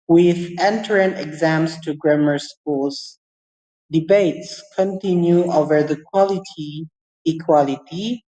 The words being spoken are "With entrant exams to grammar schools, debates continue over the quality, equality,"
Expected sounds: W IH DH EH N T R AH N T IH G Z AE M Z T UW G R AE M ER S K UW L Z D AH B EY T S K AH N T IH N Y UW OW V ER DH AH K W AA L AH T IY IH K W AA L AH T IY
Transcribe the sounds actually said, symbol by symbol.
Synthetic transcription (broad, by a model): W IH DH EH N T R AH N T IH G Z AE M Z T UW G R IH M ER S K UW L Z D AH B EY T S K AH N T IH N Y UW OW V ER DH AH K W AA L AH T IY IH K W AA L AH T IY